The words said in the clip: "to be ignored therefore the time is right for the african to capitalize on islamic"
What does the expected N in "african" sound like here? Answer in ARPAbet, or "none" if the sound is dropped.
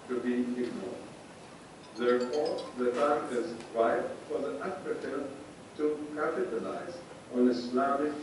L